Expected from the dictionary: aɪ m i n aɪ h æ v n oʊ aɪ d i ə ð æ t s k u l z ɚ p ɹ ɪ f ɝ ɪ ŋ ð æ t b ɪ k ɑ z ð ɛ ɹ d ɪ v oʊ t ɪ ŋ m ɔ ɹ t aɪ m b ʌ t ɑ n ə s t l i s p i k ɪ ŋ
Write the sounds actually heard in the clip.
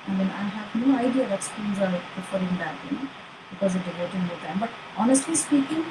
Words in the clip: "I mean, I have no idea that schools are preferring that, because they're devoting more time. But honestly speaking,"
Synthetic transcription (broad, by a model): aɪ m i n aɪ h æ v n oʊ aɪ d i ə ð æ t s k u n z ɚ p ɪ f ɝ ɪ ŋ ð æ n b ɪ k ɑ z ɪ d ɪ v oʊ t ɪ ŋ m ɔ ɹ t aɪ m b ʌ t ɑ n ə s t l i s p i k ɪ ŋ